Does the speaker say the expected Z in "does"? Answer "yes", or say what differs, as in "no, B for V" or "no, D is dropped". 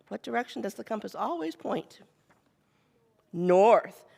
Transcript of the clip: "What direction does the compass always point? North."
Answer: yes